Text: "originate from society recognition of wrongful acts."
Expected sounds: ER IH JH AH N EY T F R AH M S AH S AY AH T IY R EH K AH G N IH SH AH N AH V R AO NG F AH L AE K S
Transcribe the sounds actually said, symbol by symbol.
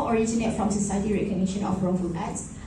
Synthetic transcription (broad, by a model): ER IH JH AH N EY T F R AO M S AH S AY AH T IY R EH K AH G N IH SH AH N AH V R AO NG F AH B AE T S